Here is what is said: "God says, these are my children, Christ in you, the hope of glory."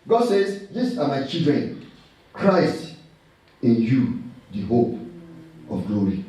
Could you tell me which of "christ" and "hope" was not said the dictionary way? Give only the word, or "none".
none